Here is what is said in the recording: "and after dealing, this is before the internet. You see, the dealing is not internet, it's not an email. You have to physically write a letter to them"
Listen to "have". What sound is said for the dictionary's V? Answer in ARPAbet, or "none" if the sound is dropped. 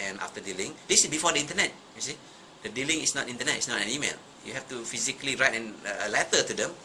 F